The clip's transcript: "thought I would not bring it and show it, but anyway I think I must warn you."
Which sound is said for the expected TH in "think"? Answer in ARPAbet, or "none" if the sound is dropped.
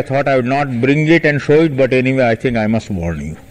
T